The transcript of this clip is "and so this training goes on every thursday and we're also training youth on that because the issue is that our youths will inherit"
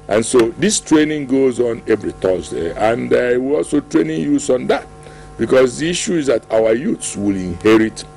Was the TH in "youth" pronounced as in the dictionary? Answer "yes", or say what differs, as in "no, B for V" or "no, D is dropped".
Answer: no, S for TH